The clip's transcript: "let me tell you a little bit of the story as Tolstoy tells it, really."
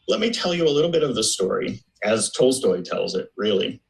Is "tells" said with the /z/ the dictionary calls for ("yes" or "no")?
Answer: yes